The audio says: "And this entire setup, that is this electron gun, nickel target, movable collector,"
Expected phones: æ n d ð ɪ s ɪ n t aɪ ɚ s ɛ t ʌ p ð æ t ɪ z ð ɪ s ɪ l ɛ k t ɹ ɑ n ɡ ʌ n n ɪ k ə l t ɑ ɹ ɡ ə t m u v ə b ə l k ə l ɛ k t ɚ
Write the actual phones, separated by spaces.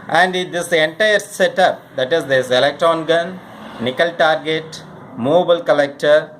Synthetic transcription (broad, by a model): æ n d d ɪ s ɪ n t aɪ ɚ s ɛ t ʌ p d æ t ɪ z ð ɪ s ɪ l ɛ k t ɹ ɑ n ɡ ʌ n n ɪ k ə l t ɑ ɹ ɡ ə t m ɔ b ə ə l k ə l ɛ k t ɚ